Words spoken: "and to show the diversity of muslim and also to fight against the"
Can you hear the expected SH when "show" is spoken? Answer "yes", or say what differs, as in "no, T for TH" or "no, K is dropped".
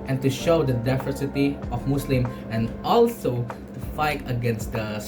yes